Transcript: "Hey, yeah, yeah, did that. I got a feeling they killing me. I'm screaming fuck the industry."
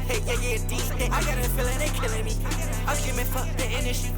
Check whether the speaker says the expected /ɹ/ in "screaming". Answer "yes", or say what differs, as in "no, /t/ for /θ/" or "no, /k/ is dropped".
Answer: no, /ɹ/ is dropped